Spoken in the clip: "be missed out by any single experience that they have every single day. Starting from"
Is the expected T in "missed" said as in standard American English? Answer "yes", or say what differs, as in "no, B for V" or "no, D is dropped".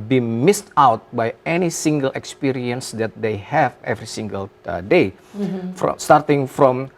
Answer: yes